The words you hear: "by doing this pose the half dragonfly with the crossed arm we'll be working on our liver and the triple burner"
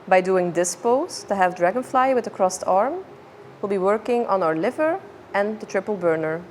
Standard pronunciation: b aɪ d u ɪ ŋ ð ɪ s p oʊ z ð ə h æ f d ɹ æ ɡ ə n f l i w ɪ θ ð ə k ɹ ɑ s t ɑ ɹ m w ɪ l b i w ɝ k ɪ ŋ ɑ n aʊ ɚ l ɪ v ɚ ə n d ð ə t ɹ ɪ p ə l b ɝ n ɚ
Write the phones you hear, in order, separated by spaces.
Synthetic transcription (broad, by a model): b aɪ d u ɪ ŋ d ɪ s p oʊ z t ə h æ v d ɹ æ ɡ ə n f l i w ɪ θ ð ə k ɹ ɑ s t ɑ ɹ m w ɪ l b i w ɝ k ɪ ŋ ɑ n aʊ ɚ l ɪ v ɚ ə n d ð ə t ɹ ɪ p ə l b ɝ n ɚ